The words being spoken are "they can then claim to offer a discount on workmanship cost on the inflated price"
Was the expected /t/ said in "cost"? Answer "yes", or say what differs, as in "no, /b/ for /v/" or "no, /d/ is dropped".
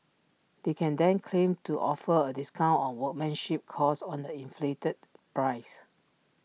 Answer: no, /t/ is dropped